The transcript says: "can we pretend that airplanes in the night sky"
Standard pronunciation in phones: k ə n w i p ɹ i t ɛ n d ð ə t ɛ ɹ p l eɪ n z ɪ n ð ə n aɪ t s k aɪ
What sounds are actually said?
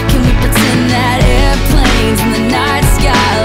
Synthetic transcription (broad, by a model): k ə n w i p i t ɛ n ð ə t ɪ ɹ p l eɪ z ɪ n ð ə n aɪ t s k aɪ